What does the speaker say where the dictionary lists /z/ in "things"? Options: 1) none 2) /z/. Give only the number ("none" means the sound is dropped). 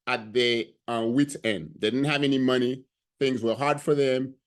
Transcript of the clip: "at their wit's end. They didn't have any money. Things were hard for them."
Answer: 2